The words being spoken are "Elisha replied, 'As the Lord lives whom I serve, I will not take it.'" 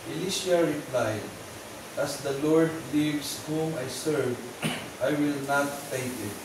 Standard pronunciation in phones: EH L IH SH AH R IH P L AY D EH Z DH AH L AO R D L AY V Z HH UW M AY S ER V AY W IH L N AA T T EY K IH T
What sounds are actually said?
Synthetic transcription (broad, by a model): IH L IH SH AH R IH P L AY D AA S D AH L AO R D L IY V S HH UW M AY S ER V AY W IH L N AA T T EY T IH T